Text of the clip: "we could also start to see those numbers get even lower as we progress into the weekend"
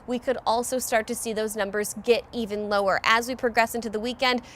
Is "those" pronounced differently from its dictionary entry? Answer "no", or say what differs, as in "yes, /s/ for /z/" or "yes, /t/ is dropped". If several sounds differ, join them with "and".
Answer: no